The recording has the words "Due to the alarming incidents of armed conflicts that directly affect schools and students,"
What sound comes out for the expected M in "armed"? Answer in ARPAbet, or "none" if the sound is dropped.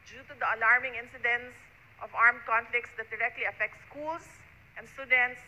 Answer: M